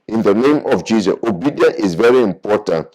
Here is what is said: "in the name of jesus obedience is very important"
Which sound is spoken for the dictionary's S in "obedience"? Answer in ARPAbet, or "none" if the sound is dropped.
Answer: none